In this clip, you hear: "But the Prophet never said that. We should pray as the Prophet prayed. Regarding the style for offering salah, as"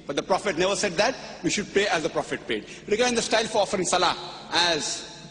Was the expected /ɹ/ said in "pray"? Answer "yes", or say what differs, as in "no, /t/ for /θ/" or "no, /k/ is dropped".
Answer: no, /ɹ/ is dropped